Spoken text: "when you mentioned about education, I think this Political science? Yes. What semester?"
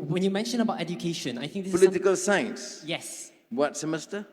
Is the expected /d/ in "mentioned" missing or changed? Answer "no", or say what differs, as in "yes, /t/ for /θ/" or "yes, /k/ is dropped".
yes, /d/ is dropped